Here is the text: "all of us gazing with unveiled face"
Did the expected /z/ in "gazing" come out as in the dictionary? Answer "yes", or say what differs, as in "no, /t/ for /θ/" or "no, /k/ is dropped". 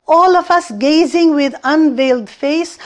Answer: yes